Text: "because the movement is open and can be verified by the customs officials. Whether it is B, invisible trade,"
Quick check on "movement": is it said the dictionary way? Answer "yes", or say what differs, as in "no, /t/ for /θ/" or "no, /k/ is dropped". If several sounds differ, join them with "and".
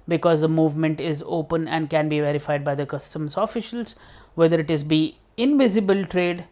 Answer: yes